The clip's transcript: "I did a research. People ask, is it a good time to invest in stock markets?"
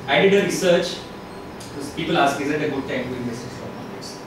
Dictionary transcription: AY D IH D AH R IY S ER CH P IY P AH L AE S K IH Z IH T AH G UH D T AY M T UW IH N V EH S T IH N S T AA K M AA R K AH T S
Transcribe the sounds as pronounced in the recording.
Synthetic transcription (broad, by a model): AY D IH D AH R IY S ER CH P IY P AH L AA S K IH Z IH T AH G UH D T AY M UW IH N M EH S IH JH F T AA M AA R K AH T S